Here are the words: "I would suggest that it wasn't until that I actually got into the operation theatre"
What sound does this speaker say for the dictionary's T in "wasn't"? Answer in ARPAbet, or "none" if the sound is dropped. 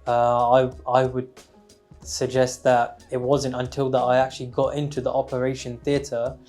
T